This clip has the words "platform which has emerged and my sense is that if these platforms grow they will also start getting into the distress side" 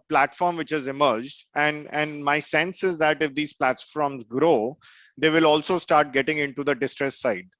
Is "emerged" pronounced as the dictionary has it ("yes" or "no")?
yes